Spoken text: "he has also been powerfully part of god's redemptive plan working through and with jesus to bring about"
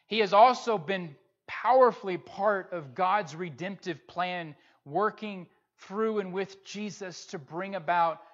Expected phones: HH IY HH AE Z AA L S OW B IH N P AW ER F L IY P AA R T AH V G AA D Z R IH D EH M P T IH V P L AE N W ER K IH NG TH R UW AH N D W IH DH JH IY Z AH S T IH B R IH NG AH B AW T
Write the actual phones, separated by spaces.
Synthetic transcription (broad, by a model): HH IY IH Z AA L S OW B IH N P AW ER F L IY P AA R T AH V G AA D Z R IH D EH M P T IH V P L AE N W ER K IH NG TH R UW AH N W IH DH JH IY Z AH S T IH B R IH NG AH B AW T